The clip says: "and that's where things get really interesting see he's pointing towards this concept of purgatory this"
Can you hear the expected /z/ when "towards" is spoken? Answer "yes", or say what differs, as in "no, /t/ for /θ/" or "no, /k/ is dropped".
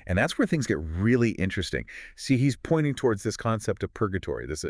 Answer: yes